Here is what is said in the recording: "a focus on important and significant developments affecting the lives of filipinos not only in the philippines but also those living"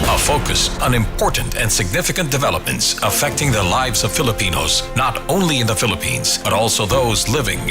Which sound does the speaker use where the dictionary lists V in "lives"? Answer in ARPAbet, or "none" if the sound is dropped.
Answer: V